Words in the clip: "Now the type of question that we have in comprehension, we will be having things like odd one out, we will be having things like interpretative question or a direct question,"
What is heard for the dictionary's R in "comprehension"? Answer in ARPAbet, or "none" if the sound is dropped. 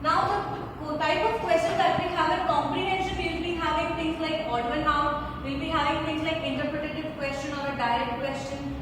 R